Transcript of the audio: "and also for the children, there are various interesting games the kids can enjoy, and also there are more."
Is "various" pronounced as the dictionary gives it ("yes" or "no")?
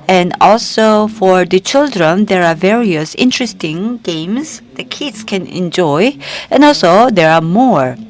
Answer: yes